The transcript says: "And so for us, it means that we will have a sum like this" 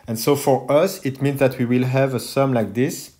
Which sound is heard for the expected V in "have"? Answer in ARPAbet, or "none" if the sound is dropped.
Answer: V